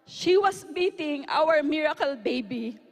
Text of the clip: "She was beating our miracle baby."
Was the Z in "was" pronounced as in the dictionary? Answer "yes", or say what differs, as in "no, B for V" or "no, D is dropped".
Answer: no, S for Z